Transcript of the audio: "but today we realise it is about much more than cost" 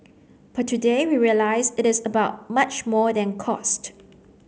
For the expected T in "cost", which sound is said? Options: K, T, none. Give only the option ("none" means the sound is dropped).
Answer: T